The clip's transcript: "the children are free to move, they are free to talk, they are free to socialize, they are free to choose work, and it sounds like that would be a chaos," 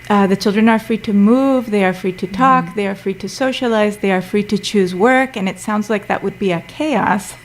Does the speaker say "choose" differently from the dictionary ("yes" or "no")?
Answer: no